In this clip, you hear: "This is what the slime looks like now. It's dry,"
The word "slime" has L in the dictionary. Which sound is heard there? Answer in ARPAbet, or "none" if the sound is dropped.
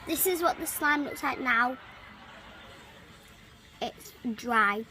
L